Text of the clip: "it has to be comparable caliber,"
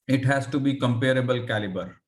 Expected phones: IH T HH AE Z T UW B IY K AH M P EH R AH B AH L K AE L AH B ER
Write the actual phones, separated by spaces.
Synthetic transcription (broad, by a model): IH T HH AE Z T UW B IY K AH M P EH R AH B AH L K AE L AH B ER